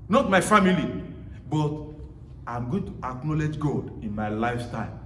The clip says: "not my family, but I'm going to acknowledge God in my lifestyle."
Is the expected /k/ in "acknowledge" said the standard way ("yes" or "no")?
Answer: yes